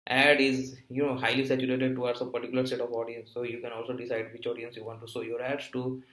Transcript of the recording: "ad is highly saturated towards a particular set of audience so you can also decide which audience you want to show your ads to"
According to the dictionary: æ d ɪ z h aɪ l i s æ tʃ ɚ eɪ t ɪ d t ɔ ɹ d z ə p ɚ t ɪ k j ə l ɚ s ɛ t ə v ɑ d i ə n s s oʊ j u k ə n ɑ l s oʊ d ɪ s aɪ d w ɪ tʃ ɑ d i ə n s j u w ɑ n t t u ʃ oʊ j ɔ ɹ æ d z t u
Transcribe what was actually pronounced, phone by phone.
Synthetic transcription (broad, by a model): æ d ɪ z h aɪ l i s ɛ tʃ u eɪ t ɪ d t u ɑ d s ə p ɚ t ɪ k j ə l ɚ s ɛ t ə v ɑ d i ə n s s oʊ j u k ə n ɑ l s oʊ d ɪ s aɪ d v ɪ tʃ ɑ d i ə n s j u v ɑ n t t u s oʊ j ɔ ɹ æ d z t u